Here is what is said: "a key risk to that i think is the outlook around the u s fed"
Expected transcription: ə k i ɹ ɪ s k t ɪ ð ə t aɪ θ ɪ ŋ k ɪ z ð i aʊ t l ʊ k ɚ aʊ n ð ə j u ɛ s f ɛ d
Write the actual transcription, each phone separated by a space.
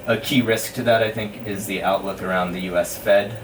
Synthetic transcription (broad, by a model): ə k i ɹ ɪ s k t ɪ ð ə t aɪ θ ɪ ŋ k ɪ z ð i aʊ t l ʊ k ɚ aʊ n ð ə j u ɛ s f ɛ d